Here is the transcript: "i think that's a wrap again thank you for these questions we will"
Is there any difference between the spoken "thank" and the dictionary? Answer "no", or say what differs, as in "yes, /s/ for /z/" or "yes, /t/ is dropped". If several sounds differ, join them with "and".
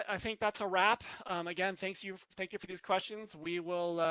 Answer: no